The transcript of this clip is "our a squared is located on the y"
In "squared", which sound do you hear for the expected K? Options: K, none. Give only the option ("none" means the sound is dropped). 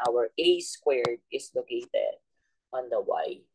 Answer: K